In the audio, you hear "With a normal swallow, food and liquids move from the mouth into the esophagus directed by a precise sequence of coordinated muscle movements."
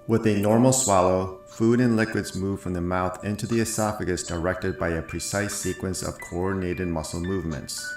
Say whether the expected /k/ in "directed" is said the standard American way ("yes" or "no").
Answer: yes